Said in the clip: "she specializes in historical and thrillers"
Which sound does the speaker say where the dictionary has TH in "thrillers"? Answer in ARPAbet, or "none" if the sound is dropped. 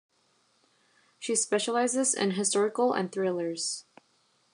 TH